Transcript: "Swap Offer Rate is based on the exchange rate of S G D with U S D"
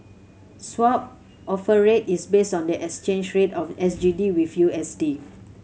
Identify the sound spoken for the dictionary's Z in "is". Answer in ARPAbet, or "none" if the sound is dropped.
S